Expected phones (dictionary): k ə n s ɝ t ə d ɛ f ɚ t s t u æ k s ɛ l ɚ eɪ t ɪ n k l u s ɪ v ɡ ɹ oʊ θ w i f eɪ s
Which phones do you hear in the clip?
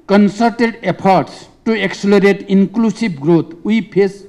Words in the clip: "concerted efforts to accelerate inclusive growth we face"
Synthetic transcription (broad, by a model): k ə n s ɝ t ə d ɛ p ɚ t s t u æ k s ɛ l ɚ eɪ t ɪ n k l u s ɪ b ɡ ɹ oʊ t w i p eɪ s